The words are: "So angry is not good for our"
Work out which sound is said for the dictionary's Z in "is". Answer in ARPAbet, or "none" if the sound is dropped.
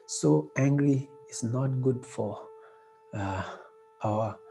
S